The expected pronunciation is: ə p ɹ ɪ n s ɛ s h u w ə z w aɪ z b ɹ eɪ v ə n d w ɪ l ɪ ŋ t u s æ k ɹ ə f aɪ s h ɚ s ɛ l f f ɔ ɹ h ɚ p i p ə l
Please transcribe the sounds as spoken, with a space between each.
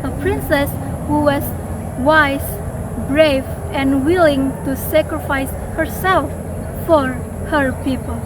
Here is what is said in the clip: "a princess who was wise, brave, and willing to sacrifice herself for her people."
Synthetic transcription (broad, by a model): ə p ɹ ɪ n s ɛ s h u w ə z w aɪ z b ɹ eɪ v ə n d w ɪ l ɪ ŋ t u s æ k ɹ ə f aɪ s h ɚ s ɛ l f f ɔ ɹ h ɚ p i p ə l